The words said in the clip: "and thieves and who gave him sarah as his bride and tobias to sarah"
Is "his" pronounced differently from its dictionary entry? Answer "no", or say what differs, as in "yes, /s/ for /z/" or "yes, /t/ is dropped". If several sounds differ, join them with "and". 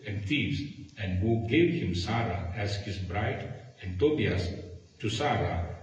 yes, /s/ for /z/